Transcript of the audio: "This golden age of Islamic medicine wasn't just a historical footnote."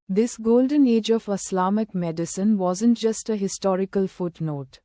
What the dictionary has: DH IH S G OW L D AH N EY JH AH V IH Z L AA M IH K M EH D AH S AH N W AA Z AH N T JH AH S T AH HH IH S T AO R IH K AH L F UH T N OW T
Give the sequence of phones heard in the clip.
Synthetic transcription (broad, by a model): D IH S G OW L D AH N EY JH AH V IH S L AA M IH K M EH D AH S AH N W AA Z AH N T JH AH S T AH HH IH S T AO R IH K AH L F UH T N OW T